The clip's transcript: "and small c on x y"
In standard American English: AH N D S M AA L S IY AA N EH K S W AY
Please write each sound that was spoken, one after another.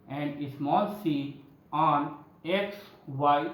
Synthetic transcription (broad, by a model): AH N D S M AA L S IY AA N EH K S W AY